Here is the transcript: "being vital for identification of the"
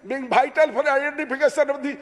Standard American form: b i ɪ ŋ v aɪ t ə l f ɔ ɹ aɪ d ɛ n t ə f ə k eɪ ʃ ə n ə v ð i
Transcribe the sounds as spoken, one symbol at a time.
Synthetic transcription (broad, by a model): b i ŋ b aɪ t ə l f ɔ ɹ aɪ d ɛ n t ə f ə k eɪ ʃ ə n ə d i